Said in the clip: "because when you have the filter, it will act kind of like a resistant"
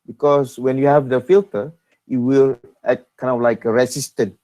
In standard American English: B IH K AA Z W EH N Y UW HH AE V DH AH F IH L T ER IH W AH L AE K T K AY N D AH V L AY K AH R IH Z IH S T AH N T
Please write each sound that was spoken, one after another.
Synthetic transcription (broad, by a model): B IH K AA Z W EH N Y UW HH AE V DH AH F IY L T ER IH W AH L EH T K AY N D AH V L AY K AH R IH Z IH S T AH N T